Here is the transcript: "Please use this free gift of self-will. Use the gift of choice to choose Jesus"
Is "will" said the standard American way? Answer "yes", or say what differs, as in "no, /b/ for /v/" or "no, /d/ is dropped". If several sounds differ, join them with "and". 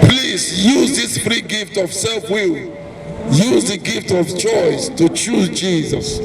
yes